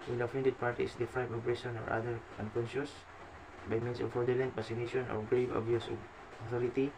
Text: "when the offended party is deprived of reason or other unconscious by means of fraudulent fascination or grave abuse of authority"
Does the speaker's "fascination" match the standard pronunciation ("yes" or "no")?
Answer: no